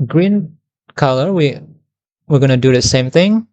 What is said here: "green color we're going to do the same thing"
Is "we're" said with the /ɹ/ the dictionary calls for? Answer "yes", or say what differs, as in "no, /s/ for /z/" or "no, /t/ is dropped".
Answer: no, /w/ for /ɹ/